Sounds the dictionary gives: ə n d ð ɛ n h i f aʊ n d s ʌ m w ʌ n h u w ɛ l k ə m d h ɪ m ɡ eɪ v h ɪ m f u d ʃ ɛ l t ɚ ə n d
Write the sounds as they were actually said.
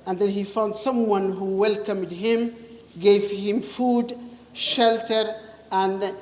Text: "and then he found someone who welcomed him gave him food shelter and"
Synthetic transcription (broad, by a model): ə n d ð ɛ n h i f aʊ n d s ʌ m w ʌ n h u w ɛ l k ə m d h ɪ m ɡ eɪ v h ɪ m f u d ʃ ɛ l t ɚ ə n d